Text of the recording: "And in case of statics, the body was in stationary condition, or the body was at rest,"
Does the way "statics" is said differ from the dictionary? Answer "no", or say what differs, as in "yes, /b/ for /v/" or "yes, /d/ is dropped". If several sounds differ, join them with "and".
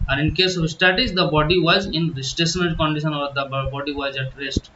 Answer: yes, /k/ is dropped